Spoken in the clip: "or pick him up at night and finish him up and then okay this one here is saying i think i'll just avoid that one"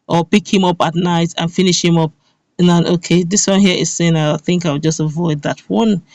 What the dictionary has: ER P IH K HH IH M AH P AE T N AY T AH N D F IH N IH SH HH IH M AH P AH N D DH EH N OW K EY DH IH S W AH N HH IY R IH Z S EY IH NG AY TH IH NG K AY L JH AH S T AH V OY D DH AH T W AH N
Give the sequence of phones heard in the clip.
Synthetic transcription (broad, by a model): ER P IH K HH IH M AH P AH T N AY T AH N F IH N IH SH HH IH M AH P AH N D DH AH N OW K EY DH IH S W AH N HH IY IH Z S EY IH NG AY TH IH NG K AY W JH AH S T AH V OY D DH AH T W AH N